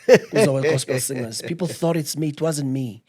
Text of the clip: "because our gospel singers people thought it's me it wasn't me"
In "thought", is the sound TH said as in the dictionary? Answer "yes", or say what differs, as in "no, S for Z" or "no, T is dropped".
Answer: yes